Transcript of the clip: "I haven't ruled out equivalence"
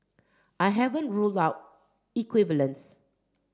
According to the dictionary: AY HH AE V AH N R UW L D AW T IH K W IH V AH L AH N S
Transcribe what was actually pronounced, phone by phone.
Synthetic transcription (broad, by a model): AY HH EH V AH N R UW L D AW T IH K W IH V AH L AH N S